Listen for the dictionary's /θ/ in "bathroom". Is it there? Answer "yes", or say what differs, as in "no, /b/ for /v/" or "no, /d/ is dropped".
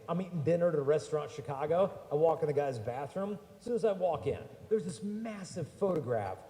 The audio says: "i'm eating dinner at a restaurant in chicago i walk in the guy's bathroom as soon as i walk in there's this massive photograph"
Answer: yes